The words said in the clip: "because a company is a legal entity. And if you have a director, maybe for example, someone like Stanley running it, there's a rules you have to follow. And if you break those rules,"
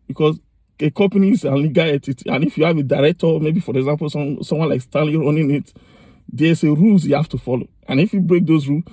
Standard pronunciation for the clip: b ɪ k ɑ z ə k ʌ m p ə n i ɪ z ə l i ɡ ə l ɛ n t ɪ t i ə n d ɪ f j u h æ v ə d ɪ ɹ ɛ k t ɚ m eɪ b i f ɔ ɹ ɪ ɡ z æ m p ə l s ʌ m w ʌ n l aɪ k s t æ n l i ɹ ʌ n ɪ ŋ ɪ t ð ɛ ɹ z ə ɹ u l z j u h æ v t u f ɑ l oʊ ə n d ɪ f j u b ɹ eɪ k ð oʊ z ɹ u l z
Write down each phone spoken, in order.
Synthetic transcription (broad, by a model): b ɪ k ɑ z ə k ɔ m p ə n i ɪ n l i ɡ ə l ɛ t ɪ t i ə n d ɪ f j u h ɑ v ə d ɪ ɹ ɛ k t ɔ m eɪ b i f ɔ ɹ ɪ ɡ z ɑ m p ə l s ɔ m w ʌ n l aɪ k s t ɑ l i ɹ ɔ n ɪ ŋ ɪ t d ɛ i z ə ɹ u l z j u h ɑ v t u f ɑ l oʊ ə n ɪ f j u b ɹ eɪ k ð oʊ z ɹ u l